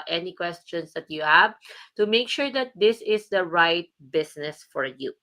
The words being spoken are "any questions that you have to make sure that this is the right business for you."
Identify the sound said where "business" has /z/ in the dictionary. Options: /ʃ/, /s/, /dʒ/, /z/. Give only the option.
/s/